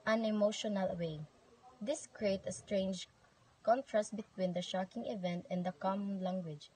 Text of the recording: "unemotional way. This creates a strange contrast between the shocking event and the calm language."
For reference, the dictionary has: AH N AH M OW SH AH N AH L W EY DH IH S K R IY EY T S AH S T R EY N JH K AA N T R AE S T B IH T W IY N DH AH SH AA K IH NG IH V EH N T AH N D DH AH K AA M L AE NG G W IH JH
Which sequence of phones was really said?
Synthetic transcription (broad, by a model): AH N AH M OW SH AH N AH L W EY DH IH S K R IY EY T AH S T R EY N JH K AA N T R AE S T B IH T W IY N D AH SH AA K IH NG IH V EH N T AH N D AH K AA M L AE NG G W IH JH